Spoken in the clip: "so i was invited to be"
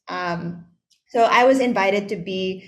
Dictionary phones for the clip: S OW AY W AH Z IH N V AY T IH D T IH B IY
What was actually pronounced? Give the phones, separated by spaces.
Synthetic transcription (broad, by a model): S OW AY W AH Z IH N V AY T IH D T IH B IY